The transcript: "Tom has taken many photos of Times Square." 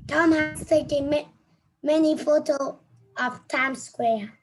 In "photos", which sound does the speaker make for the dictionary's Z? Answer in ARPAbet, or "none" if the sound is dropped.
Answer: none